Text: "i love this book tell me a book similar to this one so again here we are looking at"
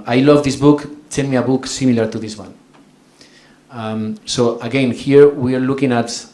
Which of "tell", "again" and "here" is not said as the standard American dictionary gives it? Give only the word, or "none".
tell